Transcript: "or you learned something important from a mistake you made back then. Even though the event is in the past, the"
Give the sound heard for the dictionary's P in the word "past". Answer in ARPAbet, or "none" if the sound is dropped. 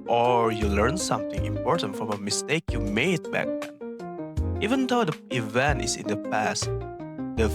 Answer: P